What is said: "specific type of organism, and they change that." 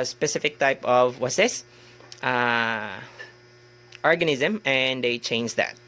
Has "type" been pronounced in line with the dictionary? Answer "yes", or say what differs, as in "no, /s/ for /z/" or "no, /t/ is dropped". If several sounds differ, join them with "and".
yes